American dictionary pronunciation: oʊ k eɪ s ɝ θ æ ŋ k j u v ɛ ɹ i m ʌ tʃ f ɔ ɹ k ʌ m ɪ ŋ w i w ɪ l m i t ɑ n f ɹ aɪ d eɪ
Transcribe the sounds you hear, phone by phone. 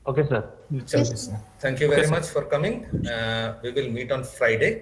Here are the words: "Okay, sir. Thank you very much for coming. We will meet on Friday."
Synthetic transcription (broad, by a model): oʊ k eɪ s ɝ t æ ŋ k j u v ɛ ɹ i m ʌ tʃ f ɔ ɹ k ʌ m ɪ ŋ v i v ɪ l m i t ɑ n f ɹ aɪ d eɪ